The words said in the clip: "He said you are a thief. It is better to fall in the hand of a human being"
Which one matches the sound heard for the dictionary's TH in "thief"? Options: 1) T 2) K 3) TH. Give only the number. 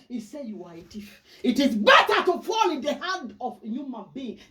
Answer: 1